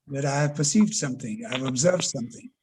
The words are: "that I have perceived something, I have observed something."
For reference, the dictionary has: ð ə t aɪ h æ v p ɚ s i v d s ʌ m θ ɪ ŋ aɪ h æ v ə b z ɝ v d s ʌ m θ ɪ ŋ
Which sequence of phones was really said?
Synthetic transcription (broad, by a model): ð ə t aɪ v p ɚ s i v d s ʌ m θ ɪ ŋ aɪ v ə b z ɝ v d s ʌ m θ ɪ ŋ